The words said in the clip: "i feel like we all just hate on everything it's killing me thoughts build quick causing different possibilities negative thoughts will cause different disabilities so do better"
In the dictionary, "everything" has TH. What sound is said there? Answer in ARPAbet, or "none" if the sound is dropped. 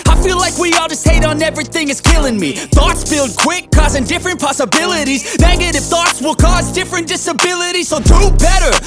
TH